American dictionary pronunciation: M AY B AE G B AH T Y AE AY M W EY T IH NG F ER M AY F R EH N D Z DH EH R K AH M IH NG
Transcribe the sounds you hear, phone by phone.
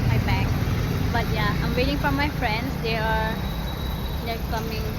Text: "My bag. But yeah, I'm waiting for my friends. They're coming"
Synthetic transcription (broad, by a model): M AY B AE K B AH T Y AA AY M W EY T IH NG F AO M AY F R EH N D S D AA L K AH M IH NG